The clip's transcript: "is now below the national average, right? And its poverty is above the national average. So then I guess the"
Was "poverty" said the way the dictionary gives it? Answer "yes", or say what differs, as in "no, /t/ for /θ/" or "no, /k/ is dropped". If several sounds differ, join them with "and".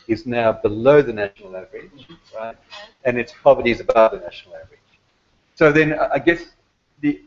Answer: yes